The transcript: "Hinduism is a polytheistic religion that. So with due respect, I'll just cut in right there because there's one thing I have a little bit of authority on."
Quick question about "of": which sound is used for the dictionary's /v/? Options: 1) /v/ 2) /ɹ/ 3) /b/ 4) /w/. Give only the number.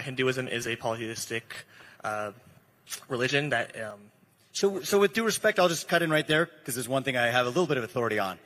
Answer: 1